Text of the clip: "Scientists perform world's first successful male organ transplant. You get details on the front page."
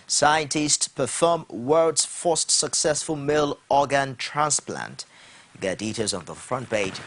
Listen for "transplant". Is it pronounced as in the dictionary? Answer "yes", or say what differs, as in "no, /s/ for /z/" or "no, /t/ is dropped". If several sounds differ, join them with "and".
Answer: yes